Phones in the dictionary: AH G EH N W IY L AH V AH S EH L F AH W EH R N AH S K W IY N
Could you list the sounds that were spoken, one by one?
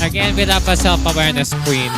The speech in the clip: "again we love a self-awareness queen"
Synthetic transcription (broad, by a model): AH G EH N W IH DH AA P AH S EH L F AH W EH R N AH S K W IY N